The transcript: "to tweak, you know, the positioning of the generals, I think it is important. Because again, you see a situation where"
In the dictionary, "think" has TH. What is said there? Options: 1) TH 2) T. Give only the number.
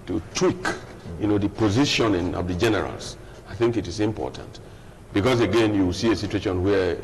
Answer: 1